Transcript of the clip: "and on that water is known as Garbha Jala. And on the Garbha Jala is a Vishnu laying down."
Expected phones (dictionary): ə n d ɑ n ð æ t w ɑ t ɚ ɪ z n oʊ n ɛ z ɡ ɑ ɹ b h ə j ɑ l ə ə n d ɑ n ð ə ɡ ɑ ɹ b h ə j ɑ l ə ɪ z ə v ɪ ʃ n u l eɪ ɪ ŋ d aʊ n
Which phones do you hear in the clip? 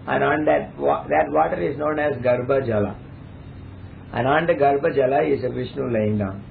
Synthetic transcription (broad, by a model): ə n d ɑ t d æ t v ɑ t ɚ ɪ z n oʊ n ɛ z ɡ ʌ ɹ b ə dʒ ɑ l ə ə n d ɑ n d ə ɡ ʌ ɹ b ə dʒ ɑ l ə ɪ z ə v ɪ ʃ n u l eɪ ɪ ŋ d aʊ n